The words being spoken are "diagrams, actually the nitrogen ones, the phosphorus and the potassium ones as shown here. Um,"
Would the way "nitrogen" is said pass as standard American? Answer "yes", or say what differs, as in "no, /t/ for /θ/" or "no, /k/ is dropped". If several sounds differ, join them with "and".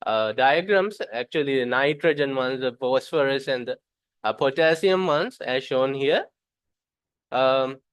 yes